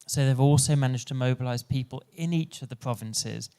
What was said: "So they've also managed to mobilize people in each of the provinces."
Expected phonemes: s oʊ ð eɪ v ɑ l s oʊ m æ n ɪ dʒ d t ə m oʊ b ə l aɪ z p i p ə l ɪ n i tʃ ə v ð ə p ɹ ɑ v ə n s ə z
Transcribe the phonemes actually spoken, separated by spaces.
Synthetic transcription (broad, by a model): s oʊ ð eɪ v ɑ l s oʊ m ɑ n ɪ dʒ t ə m oʊ b ə l aɪ z p i p ə l ɪ n i tʃ ə v ð ə p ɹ ɑ v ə n s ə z